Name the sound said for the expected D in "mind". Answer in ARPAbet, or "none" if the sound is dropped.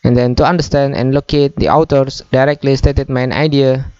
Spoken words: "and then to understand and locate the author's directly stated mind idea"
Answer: none